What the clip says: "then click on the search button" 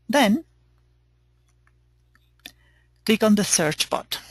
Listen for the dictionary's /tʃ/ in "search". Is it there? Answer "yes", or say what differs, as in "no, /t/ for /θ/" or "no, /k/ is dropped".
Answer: yes